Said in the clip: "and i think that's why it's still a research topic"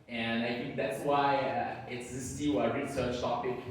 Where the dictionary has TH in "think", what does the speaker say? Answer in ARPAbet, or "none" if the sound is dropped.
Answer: TH